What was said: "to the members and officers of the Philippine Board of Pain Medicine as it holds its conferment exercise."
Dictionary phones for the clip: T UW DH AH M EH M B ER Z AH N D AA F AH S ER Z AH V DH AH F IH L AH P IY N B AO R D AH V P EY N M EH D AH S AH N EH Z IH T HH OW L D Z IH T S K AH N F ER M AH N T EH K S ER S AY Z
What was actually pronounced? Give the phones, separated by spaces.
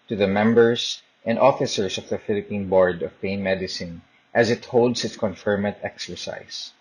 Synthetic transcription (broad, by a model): T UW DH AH M EH M B ER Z AH N D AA F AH S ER S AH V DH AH F IH L AH P IY N B AO R D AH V P EY N M EH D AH S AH N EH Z IH T HH OW L D S IH T S K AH N F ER M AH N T EH K S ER S AY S